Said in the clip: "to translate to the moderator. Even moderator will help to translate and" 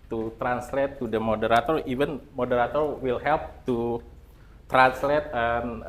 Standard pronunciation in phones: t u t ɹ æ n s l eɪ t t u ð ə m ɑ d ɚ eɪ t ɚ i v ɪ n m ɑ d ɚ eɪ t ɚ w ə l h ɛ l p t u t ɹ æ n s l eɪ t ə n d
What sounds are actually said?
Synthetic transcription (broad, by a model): t u t ɹ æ n s l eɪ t t u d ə m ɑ d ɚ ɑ t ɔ i v ɪ n m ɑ d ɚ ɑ t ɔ w ə l h ɛ l p t u t ɹ æ n s l eɪ t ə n